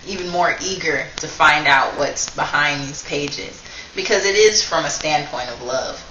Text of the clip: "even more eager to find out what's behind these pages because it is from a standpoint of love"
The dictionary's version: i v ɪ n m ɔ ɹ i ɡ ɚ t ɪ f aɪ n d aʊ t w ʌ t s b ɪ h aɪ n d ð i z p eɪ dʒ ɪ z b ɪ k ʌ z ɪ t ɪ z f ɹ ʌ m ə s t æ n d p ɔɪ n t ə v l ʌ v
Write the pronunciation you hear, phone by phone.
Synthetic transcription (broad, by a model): i v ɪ n m ɔ ɹ i ɡ ɚ t ɪ f aɪ n d aʊ t w ʌ t s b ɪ h aɪ n ð i z p eɪ dʒ ɪ z b ɪ k ʌ z ɪ t ɪ z f ɹ ʌ m ə s t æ n p ɔɪ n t ə v l ʌ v